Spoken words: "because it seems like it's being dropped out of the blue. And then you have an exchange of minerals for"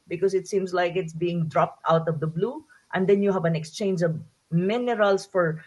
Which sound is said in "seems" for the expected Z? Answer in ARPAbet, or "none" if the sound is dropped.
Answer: S